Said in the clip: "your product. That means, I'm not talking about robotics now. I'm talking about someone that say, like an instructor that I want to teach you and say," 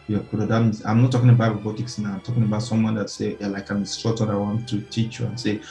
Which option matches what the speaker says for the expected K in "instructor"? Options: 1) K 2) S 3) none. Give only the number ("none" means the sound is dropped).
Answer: 3